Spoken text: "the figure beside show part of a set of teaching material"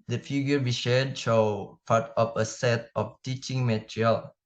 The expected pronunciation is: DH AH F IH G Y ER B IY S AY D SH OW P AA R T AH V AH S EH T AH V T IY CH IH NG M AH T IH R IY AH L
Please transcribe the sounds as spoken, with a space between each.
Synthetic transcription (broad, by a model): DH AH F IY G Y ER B IY SH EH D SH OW P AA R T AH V AH S EH T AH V T IY CH IH NG M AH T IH R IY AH L